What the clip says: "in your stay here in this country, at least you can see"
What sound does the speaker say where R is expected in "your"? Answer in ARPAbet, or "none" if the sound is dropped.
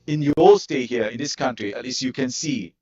L